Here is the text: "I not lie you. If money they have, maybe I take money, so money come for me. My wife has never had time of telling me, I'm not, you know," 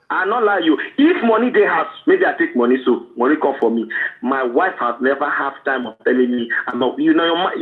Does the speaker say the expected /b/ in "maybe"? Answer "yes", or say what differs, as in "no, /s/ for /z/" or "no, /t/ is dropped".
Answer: yes